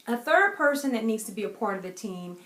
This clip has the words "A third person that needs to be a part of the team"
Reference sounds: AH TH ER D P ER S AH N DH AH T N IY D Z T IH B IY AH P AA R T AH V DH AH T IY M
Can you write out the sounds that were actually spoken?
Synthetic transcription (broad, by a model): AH TH ER D P ER S AH N DH AH T N IY D Z T IH B IY AH P AA R T AH V DH AH T IY M